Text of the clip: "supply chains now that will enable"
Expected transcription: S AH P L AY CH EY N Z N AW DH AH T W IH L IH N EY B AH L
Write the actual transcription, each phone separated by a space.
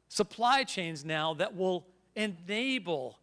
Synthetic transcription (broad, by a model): S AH P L AY CH EY N Z N AW DH AH T W IH L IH N EY B L